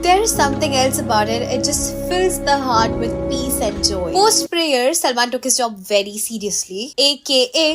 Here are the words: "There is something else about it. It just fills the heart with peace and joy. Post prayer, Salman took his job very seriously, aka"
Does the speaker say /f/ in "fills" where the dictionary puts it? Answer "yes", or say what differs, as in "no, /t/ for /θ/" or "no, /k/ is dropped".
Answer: yes